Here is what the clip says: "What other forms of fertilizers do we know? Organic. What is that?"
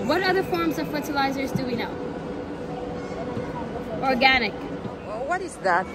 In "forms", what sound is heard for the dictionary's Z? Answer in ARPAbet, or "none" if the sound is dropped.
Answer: Z